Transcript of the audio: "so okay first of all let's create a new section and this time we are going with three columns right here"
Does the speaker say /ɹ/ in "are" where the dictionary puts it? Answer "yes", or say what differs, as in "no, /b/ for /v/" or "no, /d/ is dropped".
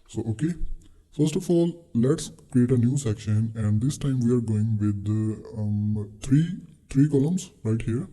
yes